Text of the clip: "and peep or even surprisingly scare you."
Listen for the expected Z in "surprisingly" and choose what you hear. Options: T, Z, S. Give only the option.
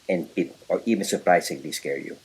S